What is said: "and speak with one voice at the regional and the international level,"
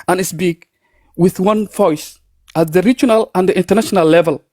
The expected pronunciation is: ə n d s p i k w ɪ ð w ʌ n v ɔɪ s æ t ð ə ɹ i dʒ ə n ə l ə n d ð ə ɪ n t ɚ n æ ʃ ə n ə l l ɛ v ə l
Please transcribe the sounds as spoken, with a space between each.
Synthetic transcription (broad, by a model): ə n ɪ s b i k w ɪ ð w ʌ n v ɔɪ s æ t ð ə ɹ i dʒ ə n ə l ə n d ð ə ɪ n t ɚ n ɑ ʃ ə n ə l l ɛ v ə l